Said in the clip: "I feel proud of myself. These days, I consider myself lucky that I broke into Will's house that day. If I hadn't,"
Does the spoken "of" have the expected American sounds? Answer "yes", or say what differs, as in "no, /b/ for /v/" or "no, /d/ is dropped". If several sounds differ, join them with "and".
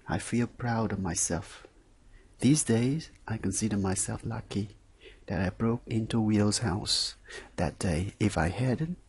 yes